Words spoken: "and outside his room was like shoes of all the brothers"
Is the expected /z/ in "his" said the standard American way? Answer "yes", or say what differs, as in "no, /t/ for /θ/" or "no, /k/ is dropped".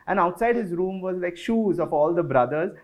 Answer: yes